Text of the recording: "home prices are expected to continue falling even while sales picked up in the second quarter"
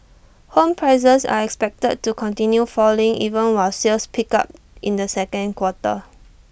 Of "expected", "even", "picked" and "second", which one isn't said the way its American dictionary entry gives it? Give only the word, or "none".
picked